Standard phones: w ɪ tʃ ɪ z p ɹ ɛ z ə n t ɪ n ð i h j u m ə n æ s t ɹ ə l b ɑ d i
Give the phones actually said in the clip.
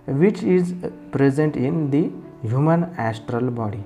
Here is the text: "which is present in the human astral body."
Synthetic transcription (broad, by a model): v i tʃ ɪ z p ɹ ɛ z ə n t ɪ n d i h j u m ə n æ s t ɹ ə l b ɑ d i